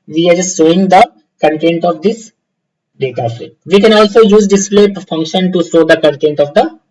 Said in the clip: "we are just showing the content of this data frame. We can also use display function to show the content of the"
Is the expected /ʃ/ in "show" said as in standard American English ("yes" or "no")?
no